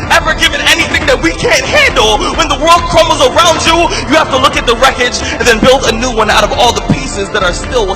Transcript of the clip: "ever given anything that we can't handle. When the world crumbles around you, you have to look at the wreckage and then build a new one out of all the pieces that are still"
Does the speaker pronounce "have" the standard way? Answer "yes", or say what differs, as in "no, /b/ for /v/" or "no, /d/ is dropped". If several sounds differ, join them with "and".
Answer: no, /f/ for /v/